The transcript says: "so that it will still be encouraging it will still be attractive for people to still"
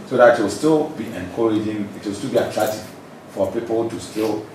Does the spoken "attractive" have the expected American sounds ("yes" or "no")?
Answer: no